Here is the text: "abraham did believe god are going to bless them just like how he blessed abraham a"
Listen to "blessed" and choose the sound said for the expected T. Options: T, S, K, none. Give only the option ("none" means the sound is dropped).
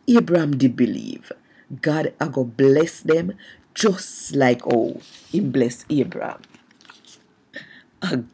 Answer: none